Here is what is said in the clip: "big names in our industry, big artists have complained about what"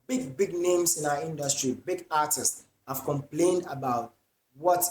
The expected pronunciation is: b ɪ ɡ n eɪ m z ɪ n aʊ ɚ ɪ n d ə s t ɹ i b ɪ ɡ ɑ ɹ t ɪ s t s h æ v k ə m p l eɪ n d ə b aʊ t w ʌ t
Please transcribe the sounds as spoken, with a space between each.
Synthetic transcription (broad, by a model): b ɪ ɡ n eɪ m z ɪ n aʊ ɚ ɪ n d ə s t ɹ i b ɪ ɡ ɑ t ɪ s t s h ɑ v k ə m p l eɪ n d ə b aʊ t w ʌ t